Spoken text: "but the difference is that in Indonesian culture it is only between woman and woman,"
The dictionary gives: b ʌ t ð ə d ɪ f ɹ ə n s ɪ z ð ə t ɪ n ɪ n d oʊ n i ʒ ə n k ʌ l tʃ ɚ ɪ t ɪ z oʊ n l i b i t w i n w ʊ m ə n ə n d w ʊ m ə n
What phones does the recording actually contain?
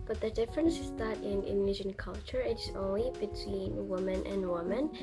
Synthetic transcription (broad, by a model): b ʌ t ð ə d ɪ f ɹ ə n s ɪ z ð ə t ɪ n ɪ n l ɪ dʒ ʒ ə n k ʌ l tʃ ɚ ɪ t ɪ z oʊ n l i b i t w i n w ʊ m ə n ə n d w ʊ m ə n